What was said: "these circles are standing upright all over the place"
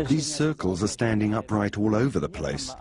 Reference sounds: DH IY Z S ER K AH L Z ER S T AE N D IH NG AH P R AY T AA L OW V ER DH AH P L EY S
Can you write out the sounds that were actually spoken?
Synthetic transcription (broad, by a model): DH IY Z S ER K AH L Z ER S T AE N D IH NG AH P R AY T AA L OW V ER DH AH P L EY S